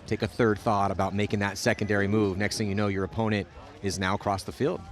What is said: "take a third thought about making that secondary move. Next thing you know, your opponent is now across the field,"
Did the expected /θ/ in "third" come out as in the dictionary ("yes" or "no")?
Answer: yes